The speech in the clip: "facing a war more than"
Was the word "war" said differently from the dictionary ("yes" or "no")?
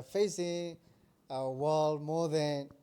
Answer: yes